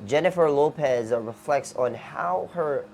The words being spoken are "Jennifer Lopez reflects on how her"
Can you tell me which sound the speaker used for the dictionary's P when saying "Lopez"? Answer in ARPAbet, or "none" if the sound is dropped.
P